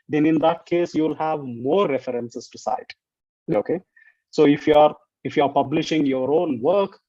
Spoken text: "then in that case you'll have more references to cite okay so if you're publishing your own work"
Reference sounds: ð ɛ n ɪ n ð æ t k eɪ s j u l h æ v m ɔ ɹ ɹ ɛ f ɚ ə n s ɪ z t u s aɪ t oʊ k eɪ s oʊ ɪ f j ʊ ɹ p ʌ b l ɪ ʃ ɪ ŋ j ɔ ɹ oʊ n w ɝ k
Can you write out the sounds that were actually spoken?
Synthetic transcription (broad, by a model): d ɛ n ɪ n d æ t k eɪ s j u l h æ v m ɔ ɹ ɹ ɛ f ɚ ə n s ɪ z t u s aɪ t oʊ k eɪ s oʊ ɪ f j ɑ ɹ p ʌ b l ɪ ʃ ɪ ŋ j ɔ ɹ oʊ n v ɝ k